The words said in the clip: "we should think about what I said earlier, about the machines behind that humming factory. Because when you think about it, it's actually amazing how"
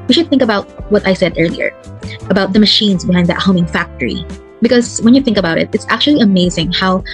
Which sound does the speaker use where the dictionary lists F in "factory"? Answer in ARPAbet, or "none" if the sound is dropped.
F